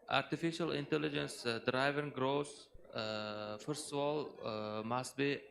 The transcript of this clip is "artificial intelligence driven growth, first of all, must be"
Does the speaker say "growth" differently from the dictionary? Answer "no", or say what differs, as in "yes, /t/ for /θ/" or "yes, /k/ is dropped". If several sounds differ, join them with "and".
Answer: yes, /s/ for /θ/